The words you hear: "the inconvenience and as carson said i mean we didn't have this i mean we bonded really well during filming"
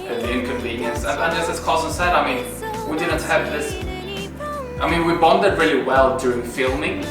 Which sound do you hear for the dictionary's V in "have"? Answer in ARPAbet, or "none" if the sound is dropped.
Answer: P